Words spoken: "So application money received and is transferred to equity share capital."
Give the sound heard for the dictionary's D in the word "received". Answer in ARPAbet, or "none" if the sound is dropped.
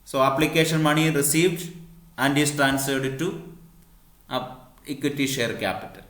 D